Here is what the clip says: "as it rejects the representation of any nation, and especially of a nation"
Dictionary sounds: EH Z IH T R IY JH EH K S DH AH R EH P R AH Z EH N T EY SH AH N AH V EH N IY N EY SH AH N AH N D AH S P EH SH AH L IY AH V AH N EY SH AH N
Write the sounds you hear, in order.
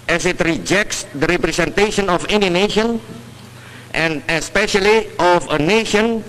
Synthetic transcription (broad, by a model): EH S IH T R IY JH EH K S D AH R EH P R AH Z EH N T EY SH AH N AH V EH N IY N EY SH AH N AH N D AH S P EH SH AH L IY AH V AH N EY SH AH N